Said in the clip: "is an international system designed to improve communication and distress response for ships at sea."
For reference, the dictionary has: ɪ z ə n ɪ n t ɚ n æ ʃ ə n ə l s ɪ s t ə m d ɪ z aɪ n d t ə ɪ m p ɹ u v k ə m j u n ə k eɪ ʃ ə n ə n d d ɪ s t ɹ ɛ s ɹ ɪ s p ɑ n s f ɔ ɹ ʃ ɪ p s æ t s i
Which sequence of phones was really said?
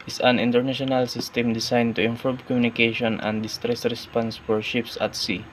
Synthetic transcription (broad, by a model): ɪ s ə n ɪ n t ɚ n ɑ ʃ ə n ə l s ɪ s t ə m d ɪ s aɪ n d t ə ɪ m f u b k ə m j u n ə k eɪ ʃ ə n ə n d d ɪ s t ɹ ɛ s ɹ ɪ s p ɑ n s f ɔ ɹ ʃ ɪ p s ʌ t s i